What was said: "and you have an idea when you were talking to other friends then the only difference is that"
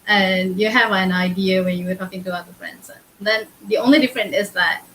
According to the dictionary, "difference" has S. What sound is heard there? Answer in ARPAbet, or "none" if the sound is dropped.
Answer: none